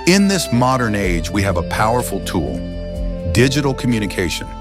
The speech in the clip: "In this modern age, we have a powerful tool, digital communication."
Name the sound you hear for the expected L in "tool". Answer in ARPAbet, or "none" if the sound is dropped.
L